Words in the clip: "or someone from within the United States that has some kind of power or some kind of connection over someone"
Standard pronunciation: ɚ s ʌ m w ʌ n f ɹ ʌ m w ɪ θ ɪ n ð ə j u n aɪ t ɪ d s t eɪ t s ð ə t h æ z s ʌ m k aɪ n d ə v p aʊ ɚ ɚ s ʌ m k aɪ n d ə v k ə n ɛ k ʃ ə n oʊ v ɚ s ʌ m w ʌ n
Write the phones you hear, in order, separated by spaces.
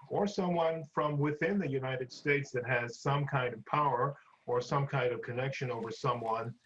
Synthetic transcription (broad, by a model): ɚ s ʌ m w ʌ n f ɹ ʌ m w ɪ θ ɪ n ð ə j u n aɪ t ɪ d s t eɪ t s ð ə t h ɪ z s ʌ m k aɪ n d ə v p aʊ ɚ ɚ s ʌ m k aɪ n d ə v k ə n ɛ k ʃ ə n oʊ v ɚ s ʌ m w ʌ n